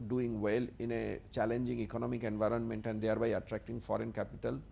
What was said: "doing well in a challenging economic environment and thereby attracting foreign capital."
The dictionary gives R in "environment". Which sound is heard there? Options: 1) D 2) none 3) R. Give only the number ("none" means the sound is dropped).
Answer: 3